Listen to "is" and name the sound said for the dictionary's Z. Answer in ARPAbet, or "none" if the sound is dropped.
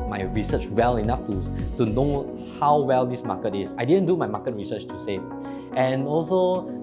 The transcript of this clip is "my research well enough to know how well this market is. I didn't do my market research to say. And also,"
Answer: S